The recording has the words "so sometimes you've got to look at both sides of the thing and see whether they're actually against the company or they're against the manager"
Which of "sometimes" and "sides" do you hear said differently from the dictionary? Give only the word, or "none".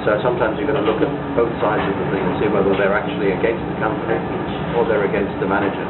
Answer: none